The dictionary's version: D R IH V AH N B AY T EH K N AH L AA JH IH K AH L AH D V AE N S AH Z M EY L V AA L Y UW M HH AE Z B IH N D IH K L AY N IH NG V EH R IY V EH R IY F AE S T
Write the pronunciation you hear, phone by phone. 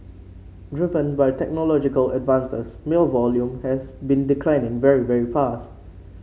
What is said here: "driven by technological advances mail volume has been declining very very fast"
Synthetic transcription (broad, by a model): D R IH V AH N B AY T EH K N AH L AA JH IH K AH L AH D V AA N S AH S M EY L V AA L Y UW M HH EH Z B IH N D IH K L AY N IH NG V EH R IY V EH R IY F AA S T